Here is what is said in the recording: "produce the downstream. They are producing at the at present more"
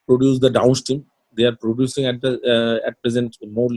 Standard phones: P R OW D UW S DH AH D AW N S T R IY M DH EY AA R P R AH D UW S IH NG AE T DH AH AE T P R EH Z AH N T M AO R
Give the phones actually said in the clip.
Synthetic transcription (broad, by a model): P R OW D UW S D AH D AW N S T IY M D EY AA R P R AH D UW S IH NG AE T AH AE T P R EH Z AH N T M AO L